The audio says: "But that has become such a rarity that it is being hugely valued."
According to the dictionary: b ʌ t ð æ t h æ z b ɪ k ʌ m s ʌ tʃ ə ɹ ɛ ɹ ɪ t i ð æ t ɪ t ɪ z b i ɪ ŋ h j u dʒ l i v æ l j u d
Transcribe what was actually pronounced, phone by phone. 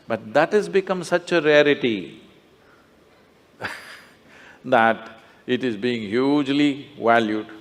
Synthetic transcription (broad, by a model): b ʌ t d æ t h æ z b ɪ k ʌ m s ʌ tʃ ə ɹ ɛ ɹ ɪ t i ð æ t ɪ t ɪ z b i ɪ ŋ h j u dʒ l i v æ l j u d